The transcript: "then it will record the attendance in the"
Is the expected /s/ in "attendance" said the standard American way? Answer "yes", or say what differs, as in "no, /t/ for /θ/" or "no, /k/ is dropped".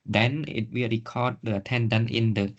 no, /s/ is dropped